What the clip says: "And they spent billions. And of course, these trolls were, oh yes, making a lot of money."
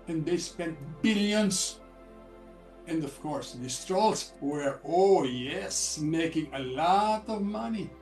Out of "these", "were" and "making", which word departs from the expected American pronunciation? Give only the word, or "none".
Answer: these